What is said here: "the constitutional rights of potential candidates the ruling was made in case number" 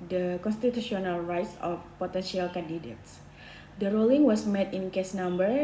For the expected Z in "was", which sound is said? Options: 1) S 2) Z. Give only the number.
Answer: 1